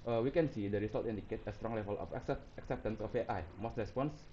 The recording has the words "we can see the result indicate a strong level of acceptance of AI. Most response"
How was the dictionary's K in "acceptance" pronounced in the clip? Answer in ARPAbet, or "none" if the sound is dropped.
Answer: K